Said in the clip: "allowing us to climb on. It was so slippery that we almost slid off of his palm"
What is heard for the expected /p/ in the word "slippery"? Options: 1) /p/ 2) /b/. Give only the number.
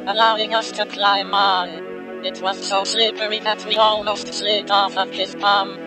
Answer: 2